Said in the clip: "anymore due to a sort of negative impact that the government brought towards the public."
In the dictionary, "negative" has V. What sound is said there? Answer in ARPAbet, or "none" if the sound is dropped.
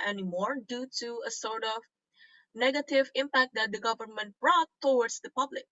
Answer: V